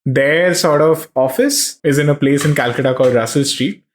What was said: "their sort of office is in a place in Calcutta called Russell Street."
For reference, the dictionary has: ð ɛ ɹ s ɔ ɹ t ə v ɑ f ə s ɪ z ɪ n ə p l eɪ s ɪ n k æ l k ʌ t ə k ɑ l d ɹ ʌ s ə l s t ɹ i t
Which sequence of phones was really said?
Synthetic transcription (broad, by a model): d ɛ ɹ s ɔ ɹ t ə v ɑ f ə s ɪ z ɪ n ə p l eɪ s ɪ n k æ l k ʌ t ə k ɑ l d ɹ ʌ s ə l s t ɹ i t